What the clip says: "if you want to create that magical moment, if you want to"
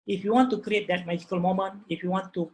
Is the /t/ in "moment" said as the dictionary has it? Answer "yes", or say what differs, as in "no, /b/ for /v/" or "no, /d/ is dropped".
no, /t/ is dropped